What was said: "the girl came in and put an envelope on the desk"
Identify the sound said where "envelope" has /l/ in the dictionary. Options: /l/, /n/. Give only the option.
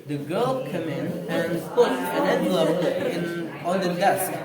/n/